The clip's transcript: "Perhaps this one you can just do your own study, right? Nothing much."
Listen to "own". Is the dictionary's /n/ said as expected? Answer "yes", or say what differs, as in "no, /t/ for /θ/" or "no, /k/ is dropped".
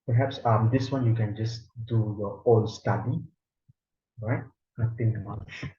no, /l/ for /n/